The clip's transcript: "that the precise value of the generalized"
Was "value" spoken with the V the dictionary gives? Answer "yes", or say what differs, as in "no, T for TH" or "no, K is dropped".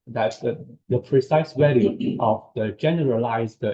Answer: no, W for V